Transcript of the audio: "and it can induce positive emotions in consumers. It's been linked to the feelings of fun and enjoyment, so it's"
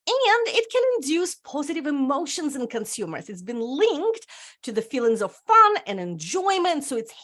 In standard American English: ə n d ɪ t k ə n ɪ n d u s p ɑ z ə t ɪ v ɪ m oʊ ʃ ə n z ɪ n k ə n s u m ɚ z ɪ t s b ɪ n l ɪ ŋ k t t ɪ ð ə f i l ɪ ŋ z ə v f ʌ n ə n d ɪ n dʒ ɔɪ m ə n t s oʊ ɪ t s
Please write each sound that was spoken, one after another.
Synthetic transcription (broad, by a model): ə n d ɪ t k ə n ɪ n d u s p ɑ z ə t ɪ v ɪ m oʊ ʃ ə n z ɪ n k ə n s u m ɚ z ɪ t s b ɪ n l ɪ ŋ k t t ɪ ð ə f i l ɪ ŋ z ə v f ʌ n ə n ɪ n dʒ ɔɪ m ə n t s oʊ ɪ t s